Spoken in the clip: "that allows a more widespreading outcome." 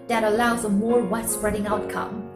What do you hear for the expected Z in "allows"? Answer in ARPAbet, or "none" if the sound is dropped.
Z